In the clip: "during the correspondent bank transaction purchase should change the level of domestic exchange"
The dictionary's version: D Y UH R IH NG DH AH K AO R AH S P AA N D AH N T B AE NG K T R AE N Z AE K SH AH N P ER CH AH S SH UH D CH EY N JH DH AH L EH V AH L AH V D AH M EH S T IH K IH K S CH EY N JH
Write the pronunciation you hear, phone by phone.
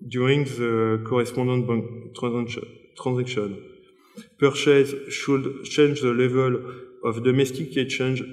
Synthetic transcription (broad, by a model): D Y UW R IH NG DH AH K AO R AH S P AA D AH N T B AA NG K T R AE Z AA K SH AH N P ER SH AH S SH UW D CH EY N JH DH AH L EH V AH L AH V D AH M EH S T IH K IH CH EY N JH